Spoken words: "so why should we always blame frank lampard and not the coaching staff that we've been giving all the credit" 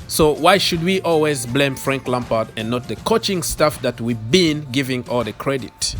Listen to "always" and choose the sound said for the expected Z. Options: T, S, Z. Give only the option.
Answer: Z